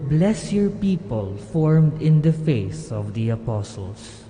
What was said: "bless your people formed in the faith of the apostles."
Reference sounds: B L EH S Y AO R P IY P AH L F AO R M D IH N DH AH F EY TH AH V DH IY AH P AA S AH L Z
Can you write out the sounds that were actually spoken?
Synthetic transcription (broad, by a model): B L EH S Y AO R P IY P AH L F AO R M D IH N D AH F EY S AH V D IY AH P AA S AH L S